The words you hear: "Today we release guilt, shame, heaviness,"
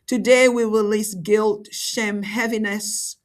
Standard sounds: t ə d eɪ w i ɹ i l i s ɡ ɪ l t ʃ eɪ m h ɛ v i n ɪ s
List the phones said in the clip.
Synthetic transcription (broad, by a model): t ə d eɪ w i ɹ i l i s ɡ ɪ l t ʃ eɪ m h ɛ v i n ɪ s